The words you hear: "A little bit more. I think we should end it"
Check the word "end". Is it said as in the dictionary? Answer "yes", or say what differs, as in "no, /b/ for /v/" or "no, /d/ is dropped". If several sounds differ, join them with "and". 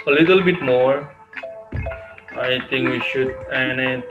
no, /d/ is dropped